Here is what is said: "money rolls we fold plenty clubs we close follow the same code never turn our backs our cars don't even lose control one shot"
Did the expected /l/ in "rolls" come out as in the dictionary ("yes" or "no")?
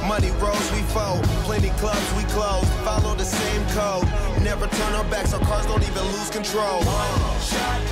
no